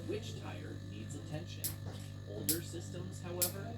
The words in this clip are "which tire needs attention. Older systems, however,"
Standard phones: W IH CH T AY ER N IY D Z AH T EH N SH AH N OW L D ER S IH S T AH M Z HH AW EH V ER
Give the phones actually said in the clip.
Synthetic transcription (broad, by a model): W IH CH T AY ER N IY D Z AH T EH N SH AH N OW L D ER S IH S T AH M Z HH AW EH V ER